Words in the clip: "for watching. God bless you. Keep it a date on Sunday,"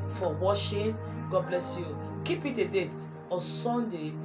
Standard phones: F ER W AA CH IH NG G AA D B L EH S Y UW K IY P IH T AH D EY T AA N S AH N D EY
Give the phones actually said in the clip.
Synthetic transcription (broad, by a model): F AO W AA SH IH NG G AA D B L EH S Y UW K IY P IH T AH D EY T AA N S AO N D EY